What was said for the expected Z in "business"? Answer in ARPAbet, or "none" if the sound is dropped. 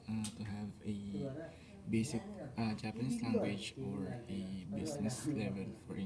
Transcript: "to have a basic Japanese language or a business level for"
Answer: S